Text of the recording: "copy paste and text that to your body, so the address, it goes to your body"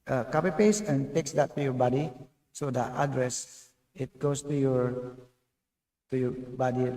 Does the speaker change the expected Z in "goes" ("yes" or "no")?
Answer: yes